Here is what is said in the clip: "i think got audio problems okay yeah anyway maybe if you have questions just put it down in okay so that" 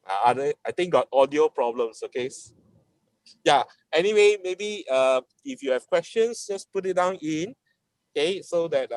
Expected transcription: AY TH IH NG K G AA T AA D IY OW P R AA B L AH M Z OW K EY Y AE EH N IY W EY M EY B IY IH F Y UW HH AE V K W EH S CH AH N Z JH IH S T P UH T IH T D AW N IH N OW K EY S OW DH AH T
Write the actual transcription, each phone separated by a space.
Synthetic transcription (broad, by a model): AY T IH NG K G AA T AA D IY OW P R AA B L AH M S OW K EY Y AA EH N IY W EY M EY B IY IH F Y UW HH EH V K W EH S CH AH N S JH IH S P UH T IH T D AW N IH N OW K EY S OW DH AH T